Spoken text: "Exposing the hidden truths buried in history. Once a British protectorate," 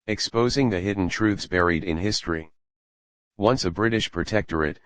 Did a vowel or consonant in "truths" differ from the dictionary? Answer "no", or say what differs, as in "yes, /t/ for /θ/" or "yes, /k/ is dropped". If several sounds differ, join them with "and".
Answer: no